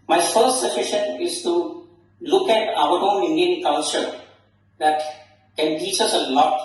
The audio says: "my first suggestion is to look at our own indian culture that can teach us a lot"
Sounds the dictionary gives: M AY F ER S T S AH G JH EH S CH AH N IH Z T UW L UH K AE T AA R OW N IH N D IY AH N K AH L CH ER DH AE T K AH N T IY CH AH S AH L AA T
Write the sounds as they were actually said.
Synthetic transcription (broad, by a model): M AY F ER S T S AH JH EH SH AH N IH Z T UW L UH K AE T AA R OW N IH N D IY AH N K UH N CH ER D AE T K AH N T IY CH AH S AH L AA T